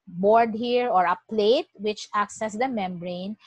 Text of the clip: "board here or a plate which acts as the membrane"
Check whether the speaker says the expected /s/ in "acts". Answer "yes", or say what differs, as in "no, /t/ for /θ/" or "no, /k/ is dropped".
yes